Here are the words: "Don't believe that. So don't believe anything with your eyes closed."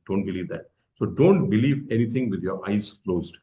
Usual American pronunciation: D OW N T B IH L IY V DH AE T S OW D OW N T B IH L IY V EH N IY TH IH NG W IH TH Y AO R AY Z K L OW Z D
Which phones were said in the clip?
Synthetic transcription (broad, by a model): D OW N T B IH L IY V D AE T S OW D OW N T B IH L IY V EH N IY T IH NG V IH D Y AO R AY Z K L OW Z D